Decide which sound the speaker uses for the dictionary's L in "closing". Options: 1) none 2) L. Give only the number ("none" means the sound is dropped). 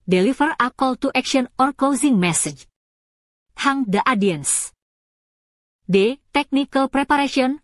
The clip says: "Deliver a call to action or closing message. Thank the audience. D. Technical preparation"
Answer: 1